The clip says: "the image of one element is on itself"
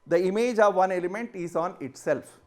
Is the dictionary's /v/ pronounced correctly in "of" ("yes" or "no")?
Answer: yes